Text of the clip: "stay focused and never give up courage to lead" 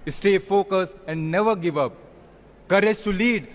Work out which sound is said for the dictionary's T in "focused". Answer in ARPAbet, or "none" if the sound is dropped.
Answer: none